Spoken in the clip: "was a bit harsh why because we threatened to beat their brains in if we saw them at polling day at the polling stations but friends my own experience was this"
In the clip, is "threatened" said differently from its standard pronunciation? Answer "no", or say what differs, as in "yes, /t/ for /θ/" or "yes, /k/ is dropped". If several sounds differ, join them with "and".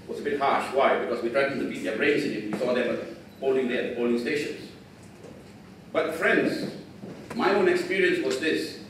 yes, /t/ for /θ/ and /n/ is dropped